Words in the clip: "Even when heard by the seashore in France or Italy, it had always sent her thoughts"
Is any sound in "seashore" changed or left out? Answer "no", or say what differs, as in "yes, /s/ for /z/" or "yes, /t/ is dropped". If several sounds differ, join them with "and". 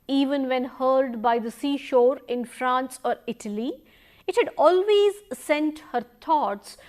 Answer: no